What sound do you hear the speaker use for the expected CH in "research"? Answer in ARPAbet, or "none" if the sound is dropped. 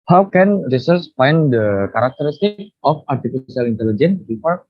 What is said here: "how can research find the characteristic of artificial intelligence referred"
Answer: S